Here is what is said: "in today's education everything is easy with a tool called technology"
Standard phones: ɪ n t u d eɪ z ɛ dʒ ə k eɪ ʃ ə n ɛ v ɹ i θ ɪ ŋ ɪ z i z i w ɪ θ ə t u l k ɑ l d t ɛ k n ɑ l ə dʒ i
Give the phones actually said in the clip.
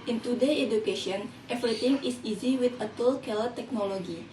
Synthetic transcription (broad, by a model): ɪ n t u d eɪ ɛ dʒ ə k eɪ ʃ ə n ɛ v ɹ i t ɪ ŋ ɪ s i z i w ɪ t ə t u l k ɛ l t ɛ k n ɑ l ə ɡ i